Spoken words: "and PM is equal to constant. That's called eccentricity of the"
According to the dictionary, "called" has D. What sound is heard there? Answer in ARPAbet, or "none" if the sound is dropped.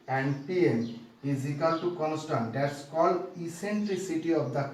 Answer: none